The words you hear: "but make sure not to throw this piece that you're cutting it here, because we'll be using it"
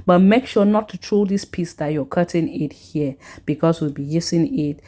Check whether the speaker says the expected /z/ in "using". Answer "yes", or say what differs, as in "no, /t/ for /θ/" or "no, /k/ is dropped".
no, /s/ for /z/